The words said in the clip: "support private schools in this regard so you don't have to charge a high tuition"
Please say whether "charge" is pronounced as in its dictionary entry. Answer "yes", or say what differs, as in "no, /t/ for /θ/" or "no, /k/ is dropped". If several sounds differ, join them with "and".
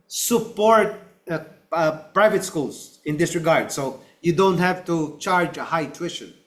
yes